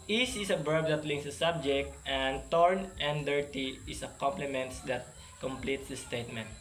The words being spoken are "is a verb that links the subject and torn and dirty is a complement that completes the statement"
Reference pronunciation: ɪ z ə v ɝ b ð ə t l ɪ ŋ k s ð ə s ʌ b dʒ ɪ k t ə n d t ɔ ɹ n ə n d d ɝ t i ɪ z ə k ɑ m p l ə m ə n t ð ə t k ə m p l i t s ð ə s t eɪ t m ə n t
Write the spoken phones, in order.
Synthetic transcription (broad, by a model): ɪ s ə b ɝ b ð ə t l ɪ ŋ k s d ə s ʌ b dʒ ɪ k t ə n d t ɔ ɹ n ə n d d ɝ t i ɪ s ə k ɑ m p l ə m ə n t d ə t k ə m p l i t s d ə s t eɪ t m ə n t